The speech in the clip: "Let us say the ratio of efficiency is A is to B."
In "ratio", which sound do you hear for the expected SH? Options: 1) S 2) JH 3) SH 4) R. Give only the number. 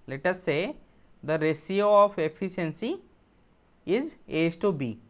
1